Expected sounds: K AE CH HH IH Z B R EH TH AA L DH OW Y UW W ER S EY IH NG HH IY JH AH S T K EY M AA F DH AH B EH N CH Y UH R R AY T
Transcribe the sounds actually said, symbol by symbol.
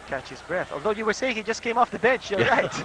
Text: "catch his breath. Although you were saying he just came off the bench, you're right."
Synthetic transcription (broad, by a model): K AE CH HH IH Z B R EH TH AA L DH OW Y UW W ER S EY IH NG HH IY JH AH S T K EY M AA F DH AH B EH N CH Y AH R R AY T